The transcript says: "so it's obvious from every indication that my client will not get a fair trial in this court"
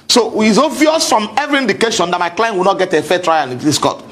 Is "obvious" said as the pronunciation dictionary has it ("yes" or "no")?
no